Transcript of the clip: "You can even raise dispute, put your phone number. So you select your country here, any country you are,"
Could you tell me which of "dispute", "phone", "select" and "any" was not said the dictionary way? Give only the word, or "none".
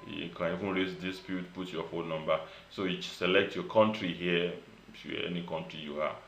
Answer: phone